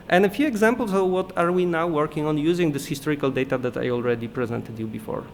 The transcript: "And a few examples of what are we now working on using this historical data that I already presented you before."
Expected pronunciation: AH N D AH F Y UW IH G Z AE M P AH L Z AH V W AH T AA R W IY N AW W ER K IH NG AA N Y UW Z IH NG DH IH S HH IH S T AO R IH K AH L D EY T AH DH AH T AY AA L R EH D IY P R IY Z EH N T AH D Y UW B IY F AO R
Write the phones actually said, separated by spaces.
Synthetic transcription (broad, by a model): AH N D AH F Y UW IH G Z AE M P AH L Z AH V W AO T AA R W IY N AW W ER K IH NG AA N Y UW Z IH NG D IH S HH IH S T AO R IH K AH L D EY T AH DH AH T AY AA L R EH D IY P R IY Z EH N T AH D Y UW B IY F AO R